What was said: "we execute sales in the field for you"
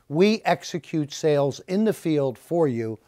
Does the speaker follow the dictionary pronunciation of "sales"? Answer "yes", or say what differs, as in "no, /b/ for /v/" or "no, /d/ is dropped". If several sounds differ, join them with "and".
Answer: yes